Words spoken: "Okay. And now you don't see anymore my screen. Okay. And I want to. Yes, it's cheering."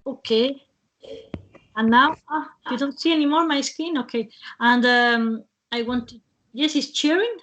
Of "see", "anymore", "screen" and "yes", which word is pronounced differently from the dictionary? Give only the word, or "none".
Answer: screen